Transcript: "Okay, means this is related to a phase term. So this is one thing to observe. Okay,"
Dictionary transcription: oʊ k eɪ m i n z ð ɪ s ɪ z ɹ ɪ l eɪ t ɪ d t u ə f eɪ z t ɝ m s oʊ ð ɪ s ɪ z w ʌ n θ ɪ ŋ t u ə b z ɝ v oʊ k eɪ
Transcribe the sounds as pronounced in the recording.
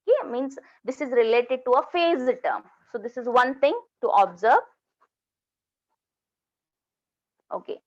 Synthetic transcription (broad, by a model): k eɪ m i n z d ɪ s ɪ z ɹ ɪ l eɪ t ɪ d t u ə f eɪ z t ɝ m s oʊ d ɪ s ɪ z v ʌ n t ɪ ŋ t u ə b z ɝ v oʊ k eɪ